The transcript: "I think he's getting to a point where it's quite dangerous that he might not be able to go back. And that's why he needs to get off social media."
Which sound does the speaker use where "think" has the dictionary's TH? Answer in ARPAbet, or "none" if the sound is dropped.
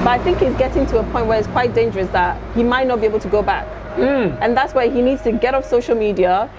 TH